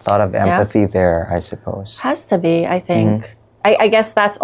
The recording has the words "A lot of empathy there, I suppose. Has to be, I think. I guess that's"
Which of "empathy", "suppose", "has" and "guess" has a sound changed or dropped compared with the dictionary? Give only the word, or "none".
none